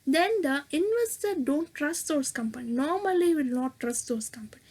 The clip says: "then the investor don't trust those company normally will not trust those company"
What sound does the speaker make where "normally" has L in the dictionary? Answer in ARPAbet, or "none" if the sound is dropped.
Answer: L